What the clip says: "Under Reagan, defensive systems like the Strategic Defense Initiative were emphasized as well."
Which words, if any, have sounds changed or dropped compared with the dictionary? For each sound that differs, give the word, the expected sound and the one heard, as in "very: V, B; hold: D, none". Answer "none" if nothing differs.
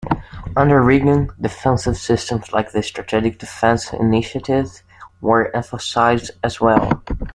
none